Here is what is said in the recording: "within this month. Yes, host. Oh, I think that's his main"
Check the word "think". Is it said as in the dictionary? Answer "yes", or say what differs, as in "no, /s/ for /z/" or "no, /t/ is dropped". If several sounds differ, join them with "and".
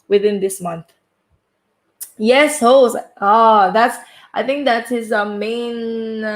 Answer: yes